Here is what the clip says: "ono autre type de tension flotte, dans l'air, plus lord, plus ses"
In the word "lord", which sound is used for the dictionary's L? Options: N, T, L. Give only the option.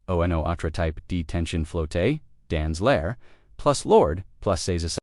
L